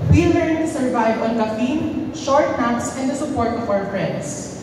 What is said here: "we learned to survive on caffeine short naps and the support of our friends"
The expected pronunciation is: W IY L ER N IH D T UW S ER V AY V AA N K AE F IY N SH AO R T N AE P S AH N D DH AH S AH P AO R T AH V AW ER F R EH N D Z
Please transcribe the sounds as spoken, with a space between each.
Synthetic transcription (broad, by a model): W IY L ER IH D T UW S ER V AY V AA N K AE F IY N SH AO R T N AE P S AH N D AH S AH P AO R T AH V AW ER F R EH N D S